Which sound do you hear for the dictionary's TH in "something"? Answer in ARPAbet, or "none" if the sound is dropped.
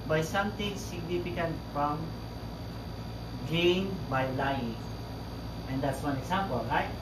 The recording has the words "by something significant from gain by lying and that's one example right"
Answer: T